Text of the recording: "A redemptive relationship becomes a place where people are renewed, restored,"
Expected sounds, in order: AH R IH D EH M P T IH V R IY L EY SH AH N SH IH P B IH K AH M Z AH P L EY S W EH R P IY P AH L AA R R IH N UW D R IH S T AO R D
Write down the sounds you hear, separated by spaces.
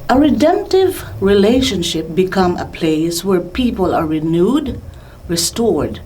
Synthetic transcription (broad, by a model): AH R IH D EH M P T IH V R IY L EY SH AH N SH IH P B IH K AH M AH P L EY S W EH R P IY P AH L AA R R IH N UW D R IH S T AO R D